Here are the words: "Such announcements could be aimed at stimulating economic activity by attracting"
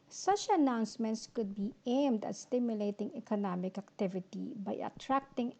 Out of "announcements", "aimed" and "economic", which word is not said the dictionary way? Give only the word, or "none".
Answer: none